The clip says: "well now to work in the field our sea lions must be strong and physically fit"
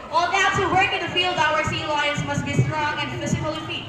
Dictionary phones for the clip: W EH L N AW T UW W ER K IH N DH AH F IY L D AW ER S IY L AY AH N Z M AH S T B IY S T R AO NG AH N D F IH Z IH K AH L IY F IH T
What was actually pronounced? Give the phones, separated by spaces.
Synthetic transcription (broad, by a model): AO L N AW T UW W ER K IH N DH AH F IY L D AW ER S IY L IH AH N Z M AH S T B IY S T R AO NG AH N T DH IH S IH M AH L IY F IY